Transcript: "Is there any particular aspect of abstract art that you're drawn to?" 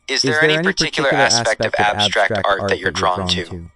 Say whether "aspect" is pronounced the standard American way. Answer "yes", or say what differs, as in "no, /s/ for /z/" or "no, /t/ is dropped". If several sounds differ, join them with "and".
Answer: yes